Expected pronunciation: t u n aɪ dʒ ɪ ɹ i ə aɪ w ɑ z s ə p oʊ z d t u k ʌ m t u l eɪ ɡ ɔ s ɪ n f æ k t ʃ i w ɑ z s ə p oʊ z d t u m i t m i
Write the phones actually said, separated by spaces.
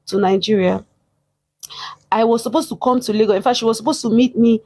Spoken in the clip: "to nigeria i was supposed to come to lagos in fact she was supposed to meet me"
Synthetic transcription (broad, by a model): t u n aɪ dʒ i ɹ i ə aɪ w ɑ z s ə p oʊ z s t u k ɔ m t u l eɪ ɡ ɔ ɪ n f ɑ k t ʃ i w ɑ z s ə p oʊ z t u m i t m i